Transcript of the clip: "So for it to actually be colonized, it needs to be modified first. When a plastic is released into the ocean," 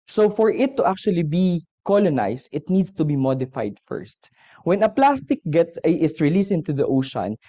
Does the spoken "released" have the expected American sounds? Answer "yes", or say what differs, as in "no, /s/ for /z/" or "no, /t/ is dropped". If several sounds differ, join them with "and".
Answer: no, /t/ is dropped